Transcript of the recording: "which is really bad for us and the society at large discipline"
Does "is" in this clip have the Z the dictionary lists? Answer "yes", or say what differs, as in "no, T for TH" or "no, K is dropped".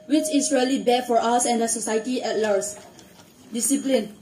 no, S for Z